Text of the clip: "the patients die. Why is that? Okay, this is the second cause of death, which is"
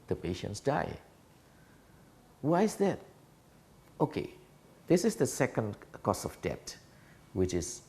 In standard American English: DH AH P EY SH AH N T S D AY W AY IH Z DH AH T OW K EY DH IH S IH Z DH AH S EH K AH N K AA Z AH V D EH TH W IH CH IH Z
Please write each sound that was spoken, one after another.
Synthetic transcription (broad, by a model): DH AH P EY SH AH N T S D AY W AY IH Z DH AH T OW K EY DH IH S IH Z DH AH S EH K AH N K AA S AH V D EH T W IH CH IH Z